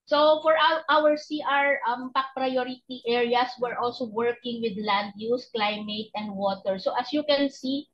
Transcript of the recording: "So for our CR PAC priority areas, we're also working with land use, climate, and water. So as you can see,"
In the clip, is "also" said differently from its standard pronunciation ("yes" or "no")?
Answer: no